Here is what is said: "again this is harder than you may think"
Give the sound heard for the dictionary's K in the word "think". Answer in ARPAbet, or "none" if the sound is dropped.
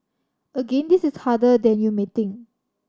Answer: none